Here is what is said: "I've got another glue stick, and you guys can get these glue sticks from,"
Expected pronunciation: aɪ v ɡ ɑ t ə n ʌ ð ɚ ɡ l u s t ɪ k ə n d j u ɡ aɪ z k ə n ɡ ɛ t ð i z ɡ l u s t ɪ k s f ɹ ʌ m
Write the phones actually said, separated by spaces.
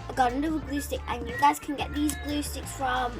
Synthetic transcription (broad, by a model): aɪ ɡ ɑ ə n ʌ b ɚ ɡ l u s t ɪ k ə n j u ɡ aɪ z k ə n ɡ ɛ t ð i z ɡ l u s t ɪ k s f ɹ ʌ m